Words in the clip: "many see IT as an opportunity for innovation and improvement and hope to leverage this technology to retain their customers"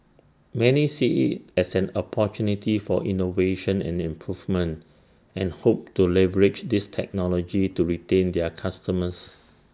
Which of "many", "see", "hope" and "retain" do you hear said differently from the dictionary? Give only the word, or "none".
none